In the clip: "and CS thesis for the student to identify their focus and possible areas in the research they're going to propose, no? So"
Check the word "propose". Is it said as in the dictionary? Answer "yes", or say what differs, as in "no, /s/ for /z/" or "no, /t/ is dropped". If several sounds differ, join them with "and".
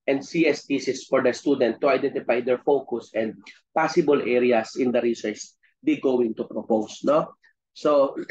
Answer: no, /s/ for /z/